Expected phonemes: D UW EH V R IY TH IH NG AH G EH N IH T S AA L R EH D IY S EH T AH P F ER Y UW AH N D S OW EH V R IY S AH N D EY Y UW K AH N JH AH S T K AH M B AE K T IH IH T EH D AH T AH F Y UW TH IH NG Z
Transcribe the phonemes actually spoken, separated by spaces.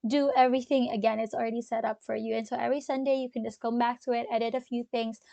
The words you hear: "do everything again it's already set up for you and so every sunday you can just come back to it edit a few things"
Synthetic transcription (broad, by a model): D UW EH V R IY TH IH NG AH G EH N IH T S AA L R EH D IY S EH T AH P F ER Y UW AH N S OW EH V R IY S AH N D EY Y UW K AH N JH AH S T K AH M B AE K T IH IH T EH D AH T AH F Y UW TH IH NG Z